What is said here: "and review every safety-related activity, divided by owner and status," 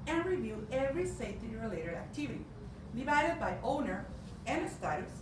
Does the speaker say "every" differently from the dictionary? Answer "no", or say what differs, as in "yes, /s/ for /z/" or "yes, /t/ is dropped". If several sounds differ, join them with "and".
no